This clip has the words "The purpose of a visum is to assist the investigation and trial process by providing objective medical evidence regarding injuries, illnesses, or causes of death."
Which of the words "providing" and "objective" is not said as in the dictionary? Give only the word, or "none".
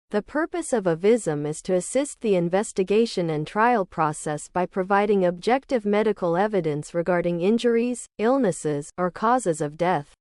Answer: none